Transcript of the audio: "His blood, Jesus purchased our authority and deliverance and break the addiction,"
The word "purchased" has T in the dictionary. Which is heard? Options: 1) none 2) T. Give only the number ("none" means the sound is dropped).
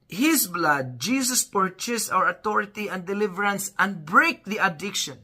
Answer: 1